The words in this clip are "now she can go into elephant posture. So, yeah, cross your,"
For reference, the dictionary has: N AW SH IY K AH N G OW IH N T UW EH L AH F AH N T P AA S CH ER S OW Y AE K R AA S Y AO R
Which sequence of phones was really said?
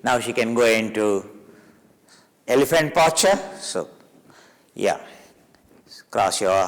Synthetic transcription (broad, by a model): N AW SH IY K AH N G OW IH N T UW EH L AH F AH N T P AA CH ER S OW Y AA K R AA S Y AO